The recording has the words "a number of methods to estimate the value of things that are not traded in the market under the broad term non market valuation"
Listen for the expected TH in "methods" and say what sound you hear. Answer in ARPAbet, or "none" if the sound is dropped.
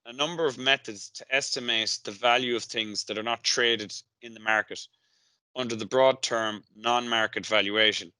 TH